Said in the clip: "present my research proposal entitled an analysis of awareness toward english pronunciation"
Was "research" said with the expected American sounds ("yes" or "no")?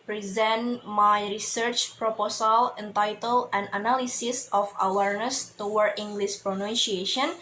yes